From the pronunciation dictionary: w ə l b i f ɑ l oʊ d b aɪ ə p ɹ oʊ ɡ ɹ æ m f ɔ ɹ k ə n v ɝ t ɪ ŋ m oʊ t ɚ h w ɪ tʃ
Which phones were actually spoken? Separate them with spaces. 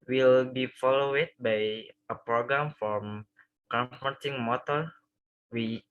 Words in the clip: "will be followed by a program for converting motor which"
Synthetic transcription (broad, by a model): w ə l b i f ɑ l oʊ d b aɪ ə p ɹ oʊ ɡ ɹ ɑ m f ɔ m k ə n f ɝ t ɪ ŋ m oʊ t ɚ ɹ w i